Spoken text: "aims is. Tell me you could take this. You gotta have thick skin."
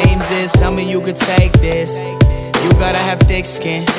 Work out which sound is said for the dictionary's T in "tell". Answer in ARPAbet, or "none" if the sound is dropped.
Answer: S